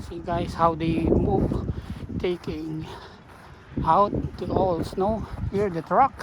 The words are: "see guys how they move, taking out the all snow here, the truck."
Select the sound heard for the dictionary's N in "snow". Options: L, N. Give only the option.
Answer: N